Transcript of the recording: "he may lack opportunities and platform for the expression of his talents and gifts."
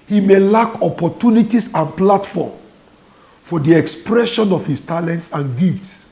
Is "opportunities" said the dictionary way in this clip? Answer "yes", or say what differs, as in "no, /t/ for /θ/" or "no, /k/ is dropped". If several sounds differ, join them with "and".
no, /s/ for /z/